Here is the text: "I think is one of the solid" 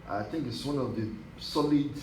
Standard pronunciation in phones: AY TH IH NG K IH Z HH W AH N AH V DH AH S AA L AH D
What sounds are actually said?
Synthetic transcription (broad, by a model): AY TH IH NG K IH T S W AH N AH V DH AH S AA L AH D